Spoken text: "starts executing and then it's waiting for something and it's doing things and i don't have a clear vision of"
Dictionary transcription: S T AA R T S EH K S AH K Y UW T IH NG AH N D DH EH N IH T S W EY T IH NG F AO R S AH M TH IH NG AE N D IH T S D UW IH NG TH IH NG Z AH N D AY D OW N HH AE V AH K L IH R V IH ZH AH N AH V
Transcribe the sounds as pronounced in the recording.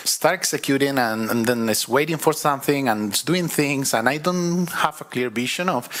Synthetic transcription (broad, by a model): S T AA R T EH K S AH K Y UW T IH NG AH N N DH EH N IH T S W EY T IH NG F AO R S AH M TH IH NG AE N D IH T S D UW IH NG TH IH NG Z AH N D AY D OW N HH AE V AH K L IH R B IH SH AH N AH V